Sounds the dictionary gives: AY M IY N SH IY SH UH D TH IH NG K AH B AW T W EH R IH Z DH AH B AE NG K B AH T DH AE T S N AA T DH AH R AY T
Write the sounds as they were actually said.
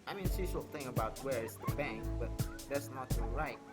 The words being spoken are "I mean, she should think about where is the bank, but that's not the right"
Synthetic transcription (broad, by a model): AY M IY N S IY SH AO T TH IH NG AH B AW T W EH R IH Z DH AH B AE NG K B AH T DH AE T S N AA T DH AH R AY T